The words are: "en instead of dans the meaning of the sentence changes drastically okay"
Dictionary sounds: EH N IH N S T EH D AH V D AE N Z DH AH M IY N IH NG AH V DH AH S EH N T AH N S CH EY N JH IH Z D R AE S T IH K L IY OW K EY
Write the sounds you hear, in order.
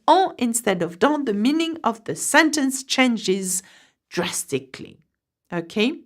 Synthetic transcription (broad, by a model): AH IH N S T EH D AH V D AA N DH AH M IY N IH NG AH V DH AH S EH N T AH N S CH EY N JH IH Z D R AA S T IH K L IY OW K EY